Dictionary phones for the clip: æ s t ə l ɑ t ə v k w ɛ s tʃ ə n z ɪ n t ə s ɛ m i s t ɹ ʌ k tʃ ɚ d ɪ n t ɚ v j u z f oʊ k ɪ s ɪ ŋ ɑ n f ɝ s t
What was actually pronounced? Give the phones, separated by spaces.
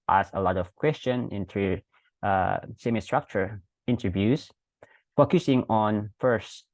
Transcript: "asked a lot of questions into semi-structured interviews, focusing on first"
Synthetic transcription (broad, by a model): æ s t ə l ɑ t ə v k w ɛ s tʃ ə n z ɪ n t ə s ɛ m i s t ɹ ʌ k tʃ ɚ ɪ n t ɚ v j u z f oʊ k ɪ s ɪ ŋ ɑ n f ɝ s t